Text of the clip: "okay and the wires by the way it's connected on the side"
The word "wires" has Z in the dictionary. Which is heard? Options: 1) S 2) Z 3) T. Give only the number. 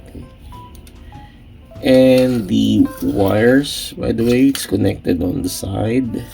1